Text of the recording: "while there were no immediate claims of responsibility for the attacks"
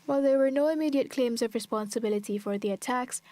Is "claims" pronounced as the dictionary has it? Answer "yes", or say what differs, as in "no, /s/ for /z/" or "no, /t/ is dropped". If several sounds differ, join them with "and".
yes